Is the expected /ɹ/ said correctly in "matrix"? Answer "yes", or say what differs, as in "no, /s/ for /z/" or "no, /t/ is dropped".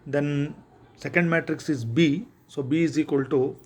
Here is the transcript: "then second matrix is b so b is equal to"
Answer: yes